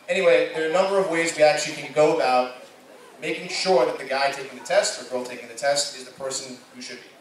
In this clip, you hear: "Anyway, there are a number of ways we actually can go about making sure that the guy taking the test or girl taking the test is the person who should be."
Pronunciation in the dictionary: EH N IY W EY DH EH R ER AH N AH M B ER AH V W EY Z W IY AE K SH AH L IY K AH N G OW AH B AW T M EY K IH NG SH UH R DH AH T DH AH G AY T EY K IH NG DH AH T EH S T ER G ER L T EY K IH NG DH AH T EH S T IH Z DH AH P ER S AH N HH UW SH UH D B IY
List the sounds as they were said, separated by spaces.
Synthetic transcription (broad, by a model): EH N IY W EY DH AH R AH N AH M B ER AH V W EY Z W IY AE K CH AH L IY K AH N G OW AH B AW T M EY K IH NG SH UH R DH AH T DH AH G AY T EY K IH NG DH AH T EH S T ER G ER L T EY K IH NG DH AH T EH S T IH Z DH AH P ER S AH N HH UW SH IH D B IY